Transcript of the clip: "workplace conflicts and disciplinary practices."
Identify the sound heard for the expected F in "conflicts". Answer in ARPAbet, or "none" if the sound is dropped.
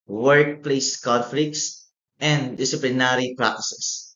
F